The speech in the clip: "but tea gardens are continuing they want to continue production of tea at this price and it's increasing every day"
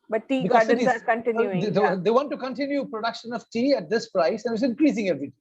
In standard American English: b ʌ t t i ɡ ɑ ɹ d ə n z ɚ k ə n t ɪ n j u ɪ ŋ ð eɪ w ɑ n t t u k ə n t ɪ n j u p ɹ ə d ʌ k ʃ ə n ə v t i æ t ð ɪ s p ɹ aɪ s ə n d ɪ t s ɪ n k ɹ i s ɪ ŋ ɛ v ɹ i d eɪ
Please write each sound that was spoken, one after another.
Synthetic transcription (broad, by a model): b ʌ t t i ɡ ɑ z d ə z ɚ k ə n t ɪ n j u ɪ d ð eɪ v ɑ n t t u k ə n t ɪ n j u p ɹ ə d ʌ k ʃ ə n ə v t i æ t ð ɪ s p ɹ aɪ s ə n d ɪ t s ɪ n k ɹ i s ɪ ŋ ɛ v ɹ i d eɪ